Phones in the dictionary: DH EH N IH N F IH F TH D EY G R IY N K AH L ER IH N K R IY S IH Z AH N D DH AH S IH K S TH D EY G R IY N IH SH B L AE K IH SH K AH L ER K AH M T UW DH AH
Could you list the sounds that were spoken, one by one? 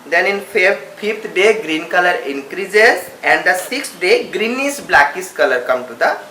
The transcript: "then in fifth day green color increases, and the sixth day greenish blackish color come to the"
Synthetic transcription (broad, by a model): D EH N IH N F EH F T D EY G R IY N K AH L ER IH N K R IY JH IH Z AH N D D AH S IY K S D EY G R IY N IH S B L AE K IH S K AH L ER K AH M T UW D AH